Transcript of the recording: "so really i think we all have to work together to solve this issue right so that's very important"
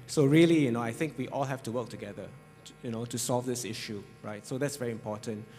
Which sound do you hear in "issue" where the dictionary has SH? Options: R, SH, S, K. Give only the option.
SH